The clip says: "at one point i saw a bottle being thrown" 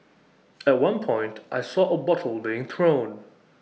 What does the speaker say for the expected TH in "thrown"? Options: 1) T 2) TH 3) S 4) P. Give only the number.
2